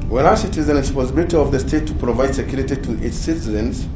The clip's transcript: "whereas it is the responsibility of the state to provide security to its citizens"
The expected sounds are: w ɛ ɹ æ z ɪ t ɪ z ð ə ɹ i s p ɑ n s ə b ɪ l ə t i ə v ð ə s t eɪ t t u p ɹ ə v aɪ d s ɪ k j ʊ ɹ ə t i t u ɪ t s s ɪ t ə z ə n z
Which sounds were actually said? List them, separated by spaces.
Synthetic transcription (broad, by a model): w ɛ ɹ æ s ɪ t ɪ z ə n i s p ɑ s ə b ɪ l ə t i ə v ð ə s t eɪ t t u p ɹ ə v aɪ d s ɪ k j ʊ ɹ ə t i t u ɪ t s s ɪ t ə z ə n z